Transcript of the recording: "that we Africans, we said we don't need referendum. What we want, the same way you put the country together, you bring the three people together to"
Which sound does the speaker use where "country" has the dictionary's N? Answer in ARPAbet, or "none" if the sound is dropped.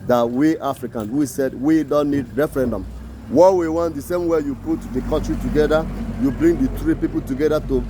none